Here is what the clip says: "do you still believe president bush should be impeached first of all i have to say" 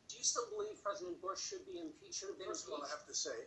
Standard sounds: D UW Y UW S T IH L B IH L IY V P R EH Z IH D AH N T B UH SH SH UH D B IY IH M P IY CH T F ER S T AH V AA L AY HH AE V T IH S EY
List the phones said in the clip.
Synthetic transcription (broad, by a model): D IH Y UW S T IH L B IH L IY V P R EH Z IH D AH N B UH SH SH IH D B IY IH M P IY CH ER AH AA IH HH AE F T IH S EY